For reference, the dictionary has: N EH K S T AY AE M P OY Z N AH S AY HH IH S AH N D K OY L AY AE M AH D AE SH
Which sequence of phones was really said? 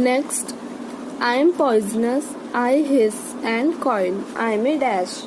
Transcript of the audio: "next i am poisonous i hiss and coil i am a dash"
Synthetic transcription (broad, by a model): N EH K S T AY M P OY Z N AH S AY HH IH S AH N D K OY N AY M AH D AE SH